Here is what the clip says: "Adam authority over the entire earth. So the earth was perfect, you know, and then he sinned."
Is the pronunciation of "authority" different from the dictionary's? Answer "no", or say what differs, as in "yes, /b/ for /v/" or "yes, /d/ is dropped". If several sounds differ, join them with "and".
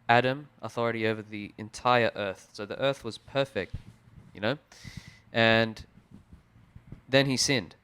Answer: no